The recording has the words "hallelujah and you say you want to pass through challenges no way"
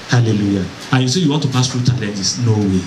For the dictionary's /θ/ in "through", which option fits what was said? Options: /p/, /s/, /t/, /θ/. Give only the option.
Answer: /t/